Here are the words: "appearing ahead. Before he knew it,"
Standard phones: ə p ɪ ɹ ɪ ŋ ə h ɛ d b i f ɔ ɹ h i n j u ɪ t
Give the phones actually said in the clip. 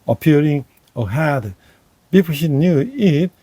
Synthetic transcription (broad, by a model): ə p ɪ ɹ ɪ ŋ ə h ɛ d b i p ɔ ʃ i n j u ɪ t